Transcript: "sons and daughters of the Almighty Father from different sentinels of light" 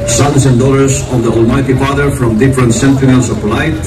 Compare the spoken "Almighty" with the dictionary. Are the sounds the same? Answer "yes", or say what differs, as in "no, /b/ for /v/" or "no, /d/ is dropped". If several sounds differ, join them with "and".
yes